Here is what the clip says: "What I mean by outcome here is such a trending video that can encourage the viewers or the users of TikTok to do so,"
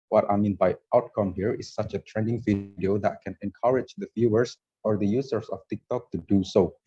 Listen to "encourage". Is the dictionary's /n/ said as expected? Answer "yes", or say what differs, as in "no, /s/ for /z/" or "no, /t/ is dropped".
yes